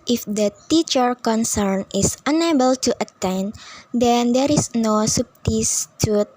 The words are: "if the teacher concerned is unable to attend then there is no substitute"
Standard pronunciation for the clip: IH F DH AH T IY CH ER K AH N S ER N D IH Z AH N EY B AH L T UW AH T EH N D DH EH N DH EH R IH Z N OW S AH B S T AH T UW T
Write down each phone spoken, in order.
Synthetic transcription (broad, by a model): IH F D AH T IY CH ER K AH N S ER N IH S AH N EY B AH L T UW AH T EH N D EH N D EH R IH S N OW S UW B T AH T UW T